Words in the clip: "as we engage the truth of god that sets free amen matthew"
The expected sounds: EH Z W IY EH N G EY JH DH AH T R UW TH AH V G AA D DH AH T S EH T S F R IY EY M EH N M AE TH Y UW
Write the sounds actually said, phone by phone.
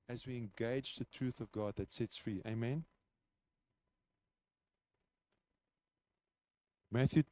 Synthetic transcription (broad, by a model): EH Z W IY EH N G EY JH DH AH T R UW TH AH V G AA D DH AH T S EH T S F R IY EY M EH N M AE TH Y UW